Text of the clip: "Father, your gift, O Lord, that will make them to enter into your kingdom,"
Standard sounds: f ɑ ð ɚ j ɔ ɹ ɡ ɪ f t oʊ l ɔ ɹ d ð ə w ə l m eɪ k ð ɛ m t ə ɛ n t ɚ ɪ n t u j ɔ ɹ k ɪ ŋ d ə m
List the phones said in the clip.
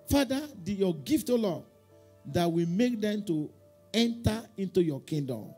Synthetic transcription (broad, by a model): f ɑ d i j ɔ ɡ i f t oʊ l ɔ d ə w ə m eɪ k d ɛ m t ə ɛ n t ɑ ɪ n t u j ɔ k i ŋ d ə m